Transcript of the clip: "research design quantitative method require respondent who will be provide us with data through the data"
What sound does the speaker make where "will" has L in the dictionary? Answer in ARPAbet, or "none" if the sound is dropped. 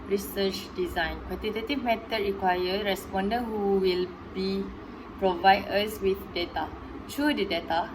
L